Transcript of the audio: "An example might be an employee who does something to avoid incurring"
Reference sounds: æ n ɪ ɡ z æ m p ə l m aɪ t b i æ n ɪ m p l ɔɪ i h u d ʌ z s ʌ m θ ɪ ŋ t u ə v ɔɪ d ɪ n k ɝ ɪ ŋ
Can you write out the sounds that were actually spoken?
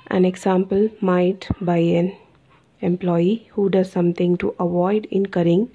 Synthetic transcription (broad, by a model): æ n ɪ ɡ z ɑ m p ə l m aɪ t b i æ n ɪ m p l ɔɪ i h u d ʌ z s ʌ m t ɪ ŋ t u ə v ɔɪ d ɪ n k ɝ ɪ ŋ